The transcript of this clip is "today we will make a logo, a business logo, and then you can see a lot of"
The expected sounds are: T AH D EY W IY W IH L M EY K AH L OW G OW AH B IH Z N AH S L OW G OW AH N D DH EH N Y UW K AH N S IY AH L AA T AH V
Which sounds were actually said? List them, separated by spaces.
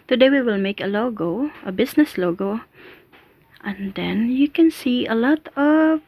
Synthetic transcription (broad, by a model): T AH D EY W IY W IH L M EY K AH L OW G OW AH B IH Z N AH S L OW G OW AH N D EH N Y UW K AH N S IY AH L AA T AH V